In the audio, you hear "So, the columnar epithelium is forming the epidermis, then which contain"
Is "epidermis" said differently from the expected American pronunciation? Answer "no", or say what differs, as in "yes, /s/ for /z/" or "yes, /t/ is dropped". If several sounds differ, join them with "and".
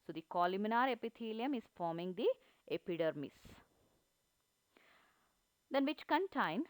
no